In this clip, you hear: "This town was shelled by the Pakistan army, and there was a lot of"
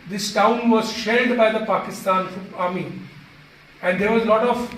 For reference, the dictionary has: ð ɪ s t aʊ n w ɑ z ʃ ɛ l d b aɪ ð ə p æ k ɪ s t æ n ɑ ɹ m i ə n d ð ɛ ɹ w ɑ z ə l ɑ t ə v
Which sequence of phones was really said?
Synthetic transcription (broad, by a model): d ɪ s t aʊ n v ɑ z ʃ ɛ d b aɪ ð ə p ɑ k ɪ s t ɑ n ɑ ɹ m i ə n d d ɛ ɹ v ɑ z l ɑ t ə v